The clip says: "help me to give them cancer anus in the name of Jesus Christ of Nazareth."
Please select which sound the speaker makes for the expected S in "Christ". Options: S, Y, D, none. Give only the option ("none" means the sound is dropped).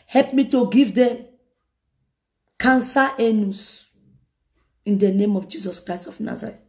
S